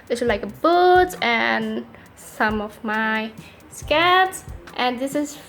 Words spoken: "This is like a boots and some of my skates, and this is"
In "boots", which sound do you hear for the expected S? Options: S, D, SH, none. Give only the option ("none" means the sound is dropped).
none